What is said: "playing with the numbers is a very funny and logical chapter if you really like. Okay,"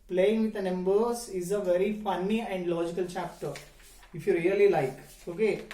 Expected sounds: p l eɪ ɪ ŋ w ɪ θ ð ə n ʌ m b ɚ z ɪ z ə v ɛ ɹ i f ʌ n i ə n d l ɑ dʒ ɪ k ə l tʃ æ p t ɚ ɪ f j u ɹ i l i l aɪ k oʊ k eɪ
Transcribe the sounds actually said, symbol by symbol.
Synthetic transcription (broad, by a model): p l eɪ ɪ ŋ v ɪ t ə n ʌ m b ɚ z ɪ z ə v ɛ ɹ i f ʌ n i ə n d l ɑ dʒ ɪ k ə l tʃ æ p t ɚ ɪ f j u ɹ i l i l aɪ k oʊ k eɪ